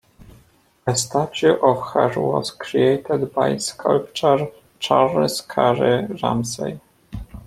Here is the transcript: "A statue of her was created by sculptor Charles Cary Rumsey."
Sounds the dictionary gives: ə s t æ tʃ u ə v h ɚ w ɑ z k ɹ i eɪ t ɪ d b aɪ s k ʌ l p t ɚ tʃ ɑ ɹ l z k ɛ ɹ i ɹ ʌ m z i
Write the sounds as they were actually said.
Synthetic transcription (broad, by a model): ə s t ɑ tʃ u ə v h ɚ w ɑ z k ɹ i eɪ t ɪ d b aɪ s k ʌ l p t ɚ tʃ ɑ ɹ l s k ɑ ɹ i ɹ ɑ m s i